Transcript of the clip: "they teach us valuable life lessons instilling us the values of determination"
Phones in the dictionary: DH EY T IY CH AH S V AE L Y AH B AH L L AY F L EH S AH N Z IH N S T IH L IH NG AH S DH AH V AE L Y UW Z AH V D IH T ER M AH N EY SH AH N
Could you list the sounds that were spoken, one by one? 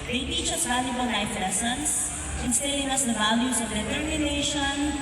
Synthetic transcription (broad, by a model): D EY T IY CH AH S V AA L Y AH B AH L N AY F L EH S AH N S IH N S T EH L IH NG AH S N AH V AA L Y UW S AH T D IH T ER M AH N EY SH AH N